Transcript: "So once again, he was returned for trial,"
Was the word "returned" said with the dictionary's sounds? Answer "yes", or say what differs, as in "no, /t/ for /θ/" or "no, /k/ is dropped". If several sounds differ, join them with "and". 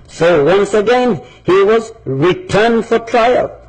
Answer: yes